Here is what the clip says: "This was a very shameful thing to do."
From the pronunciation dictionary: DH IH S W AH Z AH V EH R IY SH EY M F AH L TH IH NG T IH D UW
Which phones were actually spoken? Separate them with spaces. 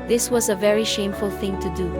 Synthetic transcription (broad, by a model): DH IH S W AH Z AH V EH R IY SH EY M F AH L TH IH NG T IH D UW